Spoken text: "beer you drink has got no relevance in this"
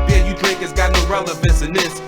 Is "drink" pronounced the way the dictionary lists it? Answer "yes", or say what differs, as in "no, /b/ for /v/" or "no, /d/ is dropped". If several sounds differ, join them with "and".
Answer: no, /ŋ/ is dropped